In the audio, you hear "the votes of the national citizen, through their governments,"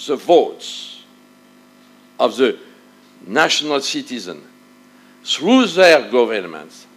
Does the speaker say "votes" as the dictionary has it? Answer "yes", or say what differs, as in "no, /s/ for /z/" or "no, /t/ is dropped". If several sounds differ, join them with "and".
yes